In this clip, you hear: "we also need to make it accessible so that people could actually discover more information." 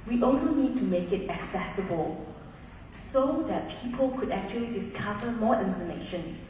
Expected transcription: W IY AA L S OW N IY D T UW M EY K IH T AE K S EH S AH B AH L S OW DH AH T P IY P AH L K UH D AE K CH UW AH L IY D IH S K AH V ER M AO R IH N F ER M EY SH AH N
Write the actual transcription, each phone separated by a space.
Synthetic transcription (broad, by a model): W IY AA L S OW N IY D T UW M EY K IH T AE K S EH S AH B AH L S OW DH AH T P IY P AH L K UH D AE K CH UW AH L IY D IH S K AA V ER M AO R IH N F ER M EY SH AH N